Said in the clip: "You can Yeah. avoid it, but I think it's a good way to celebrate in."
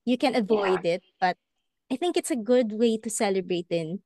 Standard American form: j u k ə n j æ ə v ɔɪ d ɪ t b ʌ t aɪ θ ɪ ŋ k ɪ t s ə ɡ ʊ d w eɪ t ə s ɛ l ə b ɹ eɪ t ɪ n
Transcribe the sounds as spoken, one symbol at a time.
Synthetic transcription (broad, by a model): j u k ə n ə v ɔɪ d ɪ t b ʌ t aɪ θ ɪ ŋ k ɪ t s ə ɡ ʊ d w eɪ t ə s ɛ l ə b ɹ eɪ t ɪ n